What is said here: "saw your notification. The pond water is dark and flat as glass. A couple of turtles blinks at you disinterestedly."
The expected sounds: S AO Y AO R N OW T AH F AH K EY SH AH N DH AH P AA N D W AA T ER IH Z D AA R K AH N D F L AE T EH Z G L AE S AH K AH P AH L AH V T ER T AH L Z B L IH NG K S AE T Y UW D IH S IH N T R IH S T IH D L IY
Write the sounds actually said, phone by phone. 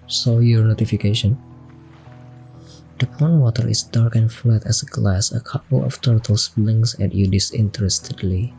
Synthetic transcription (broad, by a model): S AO Y AO R N OW T AH F AH K EY SH AH N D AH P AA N W AA T ER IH S D AA R K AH N F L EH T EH S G L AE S AH K AH P AH L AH F T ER T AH L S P L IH NG S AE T Y UW D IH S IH N T R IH S T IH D L IY